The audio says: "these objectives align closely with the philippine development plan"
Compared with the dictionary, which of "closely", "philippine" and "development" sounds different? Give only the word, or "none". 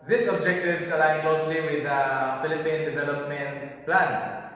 none